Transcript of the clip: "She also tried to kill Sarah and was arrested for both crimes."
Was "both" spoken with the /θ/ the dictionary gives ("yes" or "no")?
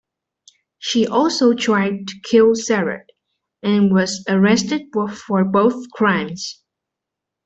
yes